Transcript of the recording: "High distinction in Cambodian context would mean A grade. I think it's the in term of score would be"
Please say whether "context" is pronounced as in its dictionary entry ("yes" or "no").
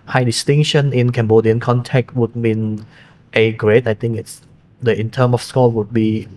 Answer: no